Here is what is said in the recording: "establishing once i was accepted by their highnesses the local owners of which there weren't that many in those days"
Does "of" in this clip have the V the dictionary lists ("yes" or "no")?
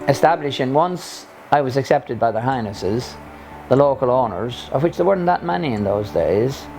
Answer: yes